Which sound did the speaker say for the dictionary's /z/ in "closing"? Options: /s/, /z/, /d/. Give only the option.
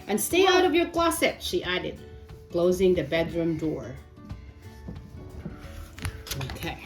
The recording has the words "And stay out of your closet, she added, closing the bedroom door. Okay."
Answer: /z/